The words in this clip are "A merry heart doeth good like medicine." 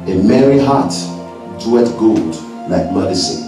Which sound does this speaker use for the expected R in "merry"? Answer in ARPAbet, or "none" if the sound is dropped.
R